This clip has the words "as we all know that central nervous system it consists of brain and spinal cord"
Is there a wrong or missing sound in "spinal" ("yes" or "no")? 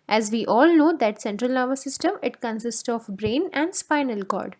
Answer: no